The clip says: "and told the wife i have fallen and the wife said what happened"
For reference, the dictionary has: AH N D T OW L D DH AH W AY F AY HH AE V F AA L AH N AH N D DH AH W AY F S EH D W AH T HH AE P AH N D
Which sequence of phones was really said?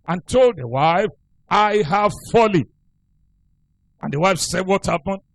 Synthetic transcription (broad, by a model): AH N T OW L D DH AH W AY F AY HH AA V F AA L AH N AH N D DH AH W AY F S EH D W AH T HH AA P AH N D